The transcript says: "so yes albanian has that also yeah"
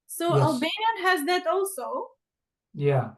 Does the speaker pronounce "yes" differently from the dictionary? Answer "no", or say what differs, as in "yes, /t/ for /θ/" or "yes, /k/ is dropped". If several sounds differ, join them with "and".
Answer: yes, /s/ is dropped